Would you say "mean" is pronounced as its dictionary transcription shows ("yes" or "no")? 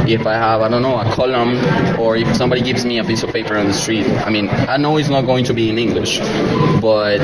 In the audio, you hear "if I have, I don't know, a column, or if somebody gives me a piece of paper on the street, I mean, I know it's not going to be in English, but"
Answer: yes